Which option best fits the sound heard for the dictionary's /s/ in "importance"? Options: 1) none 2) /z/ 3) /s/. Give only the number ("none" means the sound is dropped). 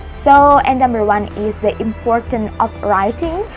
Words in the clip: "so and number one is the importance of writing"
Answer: 1